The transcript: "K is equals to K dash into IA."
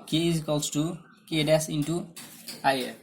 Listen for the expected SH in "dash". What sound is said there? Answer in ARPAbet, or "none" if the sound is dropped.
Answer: S